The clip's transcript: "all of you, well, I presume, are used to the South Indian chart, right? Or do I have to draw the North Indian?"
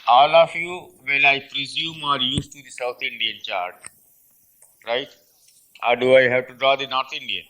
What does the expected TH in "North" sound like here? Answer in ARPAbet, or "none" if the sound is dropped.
T